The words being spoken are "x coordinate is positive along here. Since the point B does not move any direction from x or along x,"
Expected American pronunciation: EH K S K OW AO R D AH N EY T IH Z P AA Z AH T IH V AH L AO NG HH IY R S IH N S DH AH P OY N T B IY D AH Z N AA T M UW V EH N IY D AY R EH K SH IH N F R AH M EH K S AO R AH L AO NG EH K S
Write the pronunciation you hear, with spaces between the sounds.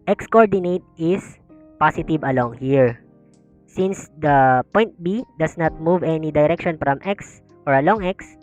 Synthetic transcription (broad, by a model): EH K S K OW AO R D AH N EY T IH S P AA S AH T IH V AH L AO NG HH IY R S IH N S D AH P OY N T B IY D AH S N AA T M UW V EH N IY D AY R EH K SH IH N F R AH M EH K S AO R AH L AO NG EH K S